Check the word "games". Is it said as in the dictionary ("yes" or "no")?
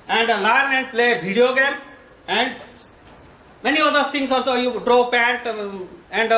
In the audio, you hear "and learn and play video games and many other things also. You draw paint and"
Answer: no